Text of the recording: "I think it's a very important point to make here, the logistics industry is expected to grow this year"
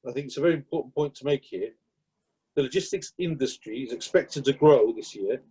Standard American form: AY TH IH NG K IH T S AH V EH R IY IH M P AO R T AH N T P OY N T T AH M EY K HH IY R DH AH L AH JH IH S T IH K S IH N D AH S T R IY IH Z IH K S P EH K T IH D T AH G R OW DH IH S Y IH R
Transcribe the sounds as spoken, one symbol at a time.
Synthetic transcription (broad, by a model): AY TH IH NG K IH T S AH V EH R IY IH M P AO T N P OY N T T AH M EY K HH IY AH DH AH L AH JH IH S T IH K S IH N D AH S T R IY IH Z IH K S P EH K T IH D T AH G R OW DH IH S Y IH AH